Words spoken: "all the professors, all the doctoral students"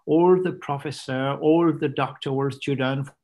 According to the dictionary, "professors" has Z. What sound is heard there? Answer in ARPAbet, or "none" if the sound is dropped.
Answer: none